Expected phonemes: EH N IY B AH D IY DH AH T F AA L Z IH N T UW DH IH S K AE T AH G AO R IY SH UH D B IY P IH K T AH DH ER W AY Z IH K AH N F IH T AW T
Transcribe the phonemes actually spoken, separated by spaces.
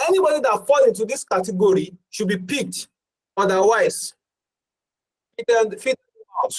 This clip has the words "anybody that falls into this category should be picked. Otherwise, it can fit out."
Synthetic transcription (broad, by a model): EH N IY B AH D IY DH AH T F AA L IH N T UW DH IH S K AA T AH G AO R IY SH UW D B IY P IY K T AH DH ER W AY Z IH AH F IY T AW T